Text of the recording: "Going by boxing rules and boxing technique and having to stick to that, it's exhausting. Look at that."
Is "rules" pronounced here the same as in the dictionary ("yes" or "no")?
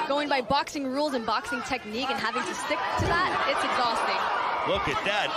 yes